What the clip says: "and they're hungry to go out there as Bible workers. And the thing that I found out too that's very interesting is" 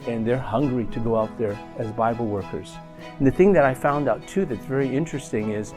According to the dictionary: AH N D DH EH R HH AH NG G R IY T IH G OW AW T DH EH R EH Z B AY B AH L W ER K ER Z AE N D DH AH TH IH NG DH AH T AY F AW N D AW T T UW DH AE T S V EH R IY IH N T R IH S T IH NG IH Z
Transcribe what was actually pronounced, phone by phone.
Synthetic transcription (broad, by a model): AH N DH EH R HH AH NG G R IY T IH G OW AW T DH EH R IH Z B AY B L W ER K ER Z N DH AH TH IH NG DH AH T AY F AW N D AW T T UW DH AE T S V EH R IY IH N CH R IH S T IH NG IH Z